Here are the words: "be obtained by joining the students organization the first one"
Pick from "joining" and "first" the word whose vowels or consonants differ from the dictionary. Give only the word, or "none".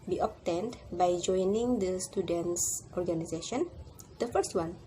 none